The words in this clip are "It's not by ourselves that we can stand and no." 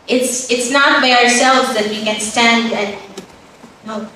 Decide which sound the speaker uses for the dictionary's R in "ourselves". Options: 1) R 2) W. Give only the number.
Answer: 1